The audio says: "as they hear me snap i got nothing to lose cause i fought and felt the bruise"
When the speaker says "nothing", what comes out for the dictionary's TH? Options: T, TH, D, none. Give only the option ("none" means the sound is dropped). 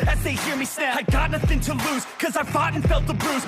TH